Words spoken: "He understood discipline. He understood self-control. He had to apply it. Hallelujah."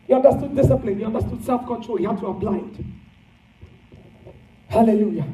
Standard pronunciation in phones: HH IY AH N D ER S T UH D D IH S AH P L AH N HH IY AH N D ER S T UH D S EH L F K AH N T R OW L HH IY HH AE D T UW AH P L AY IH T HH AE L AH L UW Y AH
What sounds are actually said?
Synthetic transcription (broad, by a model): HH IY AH N D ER S T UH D D IH S AH P L AH N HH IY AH N D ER S T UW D S EH L F K AH N T R OW L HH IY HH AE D T UW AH B L AY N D HH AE L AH L UW Y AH